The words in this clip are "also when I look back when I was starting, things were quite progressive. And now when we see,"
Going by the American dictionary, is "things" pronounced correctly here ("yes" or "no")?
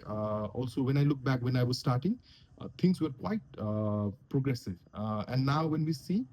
no